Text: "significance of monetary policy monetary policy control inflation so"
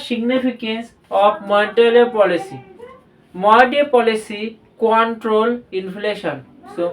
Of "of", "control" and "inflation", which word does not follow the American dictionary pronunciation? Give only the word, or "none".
of